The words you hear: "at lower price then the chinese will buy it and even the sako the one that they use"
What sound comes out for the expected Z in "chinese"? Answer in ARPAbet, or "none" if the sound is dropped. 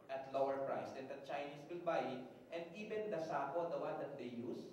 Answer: S